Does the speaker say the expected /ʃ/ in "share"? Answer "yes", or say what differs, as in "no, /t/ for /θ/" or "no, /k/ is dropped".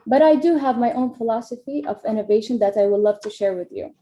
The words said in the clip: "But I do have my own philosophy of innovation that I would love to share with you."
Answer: yes